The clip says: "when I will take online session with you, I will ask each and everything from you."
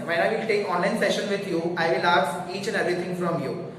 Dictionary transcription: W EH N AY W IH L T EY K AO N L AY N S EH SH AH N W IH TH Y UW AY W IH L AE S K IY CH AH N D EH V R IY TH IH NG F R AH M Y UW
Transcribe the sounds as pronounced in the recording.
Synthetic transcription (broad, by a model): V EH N AY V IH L T EY K AO N L AY N S EH SH AH N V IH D Y UW AY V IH L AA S IY CH AH N D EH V R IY T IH NG F R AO M Y UW